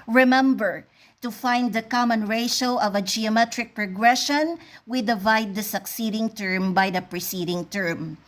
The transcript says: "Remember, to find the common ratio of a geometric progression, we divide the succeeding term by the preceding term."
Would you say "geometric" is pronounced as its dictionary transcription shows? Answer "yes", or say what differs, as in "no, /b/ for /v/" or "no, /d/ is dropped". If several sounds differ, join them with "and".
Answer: yes